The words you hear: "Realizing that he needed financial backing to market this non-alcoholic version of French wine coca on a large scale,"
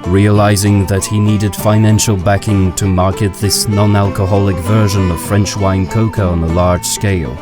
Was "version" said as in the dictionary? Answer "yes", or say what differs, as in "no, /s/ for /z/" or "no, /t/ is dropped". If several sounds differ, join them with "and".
yes